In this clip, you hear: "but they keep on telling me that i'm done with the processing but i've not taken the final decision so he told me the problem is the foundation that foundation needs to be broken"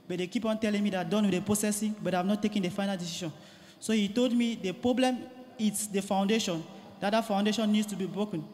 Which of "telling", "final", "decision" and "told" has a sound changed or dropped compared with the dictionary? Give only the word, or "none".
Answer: decision